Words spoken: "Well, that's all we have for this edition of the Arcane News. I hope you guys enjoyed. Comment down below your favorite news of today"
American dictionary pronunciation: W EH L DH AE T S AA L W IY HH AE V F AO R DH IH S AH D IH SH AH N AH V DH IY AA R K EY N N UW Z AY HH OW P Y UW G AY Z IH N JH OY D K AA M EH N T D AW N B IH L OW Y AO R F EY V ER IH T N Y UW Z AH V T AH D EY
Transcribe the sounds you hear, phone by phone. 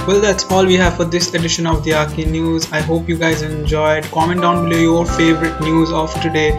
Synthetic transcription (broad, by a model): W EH L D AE T S AA L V IY HH AE V F AO R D IH S AH D IH SH AH N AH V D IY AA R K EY N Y UW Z AY HH OW P Y UW G AY Z IH N JH OY D K AA M EH N T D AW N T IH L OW Y AO R F EY V ER IH T N Y UW Z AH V T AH D EY